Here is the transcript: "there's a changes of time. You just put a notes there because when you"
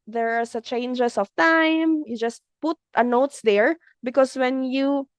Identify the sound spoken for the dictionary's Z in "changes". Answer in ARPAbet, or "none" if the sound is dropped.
S